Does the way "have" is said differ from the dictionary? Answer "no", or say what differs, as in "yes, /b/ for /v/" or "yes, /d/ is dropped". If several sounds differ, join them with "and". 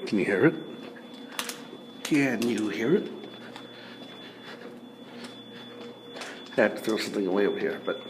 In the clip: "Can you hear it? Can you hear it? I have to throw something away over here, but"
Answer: yes, /f/ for /v/